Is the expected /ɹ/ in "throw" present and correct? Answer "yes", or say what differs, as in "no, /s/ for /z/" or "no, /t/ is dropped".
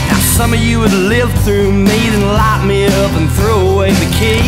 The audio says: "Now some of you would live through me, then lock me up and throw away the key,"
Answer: yes